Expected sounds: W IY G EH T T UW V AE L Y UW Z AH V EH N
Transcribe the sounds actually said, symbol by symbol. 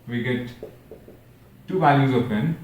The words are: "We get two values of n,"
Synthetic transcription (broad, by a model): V IY G EH T T UW V AE L Y UW Z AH P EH N